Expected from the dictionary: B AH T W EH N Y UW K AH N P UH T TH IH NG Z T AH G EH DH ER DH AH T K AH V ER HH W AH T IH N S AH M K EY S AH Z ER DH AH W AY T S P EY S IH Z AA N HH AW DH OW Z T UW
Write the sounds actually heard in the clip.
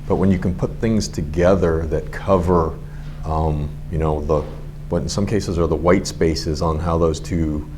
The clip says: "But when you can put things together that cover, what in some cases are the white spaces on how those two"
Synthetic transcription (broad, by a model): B AH T W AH N Y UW K AH N P UH T TH IH NG Z T AH G EH DH ER DH AH T K AH V ER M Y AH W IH N S AH M K EY S AH Z ER DH AH W AY T S P EY S IH Z N HH AW DH OW Z T UW